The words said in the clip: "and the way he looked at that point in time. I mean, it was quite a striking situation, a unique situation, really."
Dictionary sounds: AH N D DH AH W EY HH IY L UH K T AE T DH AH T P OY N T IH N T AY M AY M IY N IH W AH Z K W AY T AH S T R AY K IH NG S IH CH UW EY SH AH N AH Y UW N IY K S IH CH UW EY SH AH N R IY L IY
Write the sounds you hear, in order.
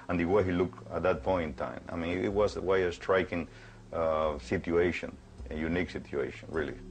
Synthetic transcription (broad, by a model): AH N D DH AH W EY HH IY L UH K AE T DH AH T P OY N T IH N T AY M AY M IY N IH W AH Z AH W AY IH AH S T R AY K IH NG S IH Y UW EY SH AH N AH Y UW N IY K S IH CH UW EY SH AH N R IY L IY